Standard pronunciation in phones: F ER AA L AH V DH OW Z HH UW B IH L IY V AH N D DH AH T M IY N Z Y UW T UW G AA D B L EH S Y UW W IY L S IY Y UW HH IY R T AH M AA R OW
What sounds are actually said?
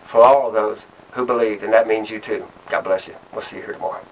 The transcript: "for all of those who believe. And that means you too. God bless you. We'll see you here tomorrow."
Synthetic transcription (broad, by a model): F ER AA L AH V DH OW Z HH UW B IH L IY V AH N DH AH T M IY N Z Y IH T UW G AA D B L EH S Y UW W IY L S IY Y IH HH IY R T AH M AA R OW